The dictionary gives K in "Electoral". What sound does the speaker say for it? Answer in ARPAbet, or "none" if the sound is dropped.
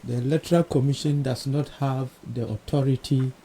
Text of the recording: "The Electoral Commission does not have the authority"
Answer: none